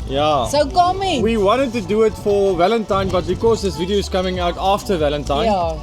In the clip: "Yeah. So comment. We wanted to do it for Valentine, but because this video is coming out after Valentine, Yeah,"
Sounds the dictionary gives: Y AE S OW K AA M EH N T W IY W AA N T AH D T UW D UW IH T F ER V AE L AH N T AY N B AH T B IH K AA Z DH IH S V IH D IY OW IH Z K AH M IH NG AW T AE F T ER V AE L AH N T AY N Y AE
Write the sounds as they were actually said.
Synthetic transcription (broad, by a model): Y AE S OW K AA M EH W IY W AA N T AH D T UW D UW IH T F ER V AE L AH N T AY N B AH T B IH K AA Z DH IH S V IH D IY OW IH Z K AH M IH NG AW T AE F T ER V AE L AH N T AY N